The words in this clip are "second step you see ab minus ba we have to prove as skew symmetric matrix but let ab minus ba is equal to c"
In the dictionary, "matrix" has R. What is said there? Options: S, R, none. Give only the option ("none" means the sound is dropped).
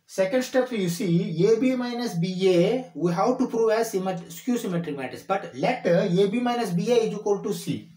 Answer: none